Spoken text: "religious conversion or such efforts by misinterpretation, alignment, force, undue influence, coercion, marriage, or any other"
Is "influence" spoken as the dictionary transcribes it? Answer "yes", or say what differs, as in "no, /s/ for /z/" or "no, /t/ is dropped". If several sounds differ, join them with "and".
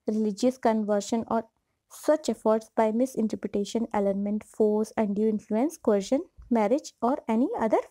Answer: yes